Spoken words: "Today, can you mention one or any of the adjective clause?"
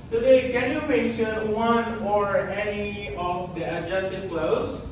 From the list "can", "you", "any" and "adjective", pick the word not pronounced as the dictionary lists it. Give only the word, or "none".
adjective